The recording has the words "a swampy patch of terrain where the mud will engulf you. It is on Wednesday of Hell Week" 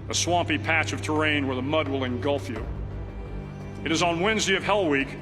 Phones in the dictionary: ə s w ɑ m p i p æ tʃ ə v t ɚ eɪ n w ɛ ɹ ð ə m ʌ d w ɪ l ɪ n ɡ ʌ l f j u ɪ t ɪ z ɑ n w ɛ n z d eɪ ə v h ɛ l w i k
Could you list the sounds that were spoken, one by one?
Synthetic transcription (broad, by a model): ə s w ɑ m p i p æ tʃ ə v t ɚ eɪ n w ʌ ɹ ð ə m ʌ d w ɪ l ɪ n ɡ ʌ l f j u ɪ t ɪ z n w ɛ n z d eɪ ə v h ɛ l w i k